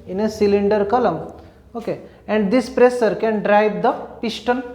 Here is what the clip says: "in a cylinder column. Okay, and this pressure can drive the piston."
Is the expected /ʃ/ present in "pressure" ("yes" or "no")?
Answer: no